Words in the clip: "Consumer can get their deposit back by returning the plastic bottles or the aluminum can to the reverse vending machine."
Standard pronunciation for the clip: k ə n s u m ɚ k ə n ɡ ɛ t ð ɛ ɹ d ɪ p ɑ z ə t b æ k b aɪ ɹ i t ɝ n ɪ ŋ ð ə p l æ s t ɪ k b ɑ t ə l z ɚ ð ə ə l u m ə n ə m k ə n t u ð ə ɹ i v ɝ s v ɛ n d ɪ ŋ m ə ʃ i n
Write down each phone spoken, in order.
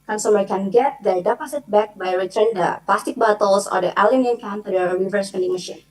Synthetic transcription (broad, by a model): k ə n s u m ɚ k ə n ɡ ɛ t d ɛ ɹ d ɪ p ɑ s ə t b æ k b aɪ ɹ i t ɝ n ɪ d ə p l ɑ s t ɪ k b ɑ t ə l s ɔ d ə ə l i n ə ə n k ə n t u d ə ɹ i v ɝ s f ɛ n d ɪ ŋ m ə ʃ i n